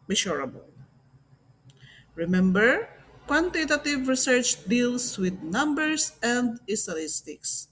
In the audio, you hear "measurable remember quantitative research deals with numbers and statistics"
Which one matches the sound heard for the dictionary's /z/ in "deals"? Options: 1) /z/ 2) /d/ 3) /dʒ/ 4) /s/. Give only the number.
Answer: 4